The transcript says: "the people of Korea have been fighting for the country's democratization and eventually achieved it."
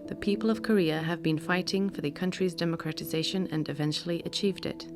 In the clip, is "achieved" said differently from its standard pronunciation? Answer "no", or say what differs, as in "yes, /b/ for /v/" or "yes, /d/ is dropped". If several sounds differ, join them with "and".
no